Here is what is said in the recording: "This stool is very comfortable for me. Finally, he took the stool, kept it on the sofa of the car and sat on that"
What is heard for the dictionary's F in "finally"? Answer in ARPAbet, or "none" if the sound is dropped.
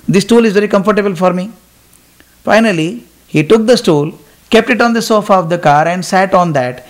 F